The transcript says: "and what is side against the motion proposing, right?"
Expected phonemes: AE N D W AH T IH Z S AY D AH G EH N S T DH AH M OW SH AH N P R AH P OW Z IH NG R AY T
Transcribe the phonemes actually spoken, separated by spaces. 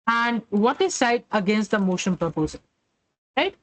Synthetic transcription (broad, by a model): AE N D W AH T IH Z S AY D AH G EH N S T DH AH M OW SH AH N P AH P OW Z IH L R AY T